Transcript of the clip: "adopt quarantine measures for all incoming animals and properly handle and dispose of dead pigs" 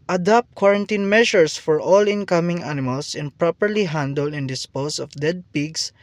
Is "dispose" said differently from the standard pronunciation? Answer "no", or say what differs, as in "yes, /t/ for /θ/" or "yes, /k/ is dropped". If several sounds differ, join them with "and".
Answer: yes, /s/ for /z/